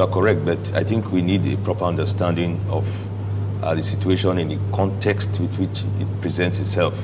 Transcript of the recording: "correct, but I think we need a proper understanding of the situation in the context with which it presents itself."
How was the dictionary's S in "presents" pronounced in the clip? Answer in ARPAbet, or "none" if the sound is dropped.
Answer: S